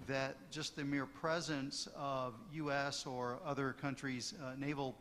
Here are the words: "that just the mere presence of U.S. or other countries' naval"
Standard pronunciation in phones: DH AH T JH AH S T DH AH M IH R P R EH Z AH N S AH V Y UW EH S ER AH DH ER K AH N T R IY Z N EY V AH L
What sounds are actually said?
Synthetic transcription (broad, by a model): DH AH T JH AH S T DH AH M IH R P R EH Z AH N S AH V Y UW EH S ER AH DH ER K AH N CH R IY Z N EY V L